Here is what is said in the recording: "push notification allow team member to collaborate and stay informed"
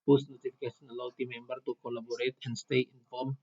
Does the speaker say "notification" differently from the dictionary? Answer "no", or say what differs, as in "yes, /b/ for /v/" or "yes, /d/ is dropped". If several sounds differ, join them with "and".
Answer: yes, /s/ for /ʃ/